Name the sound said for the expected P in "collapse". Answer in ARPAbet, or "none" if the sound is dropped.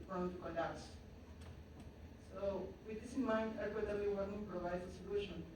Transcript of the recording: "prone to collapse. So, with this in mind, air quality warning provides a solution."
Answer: none